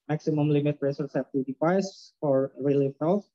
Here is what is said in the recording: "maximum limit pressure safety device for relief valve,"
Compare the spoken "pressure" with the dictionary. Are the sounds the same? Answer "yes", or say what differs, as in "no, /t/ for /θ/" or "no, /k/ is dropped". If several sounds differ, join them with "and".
no, /s/ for /ʃ/